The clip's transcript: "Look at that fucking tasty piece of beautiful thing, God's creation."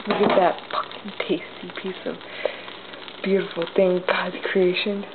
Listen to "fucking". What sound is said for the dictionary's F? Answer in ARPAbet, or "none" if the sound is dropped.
P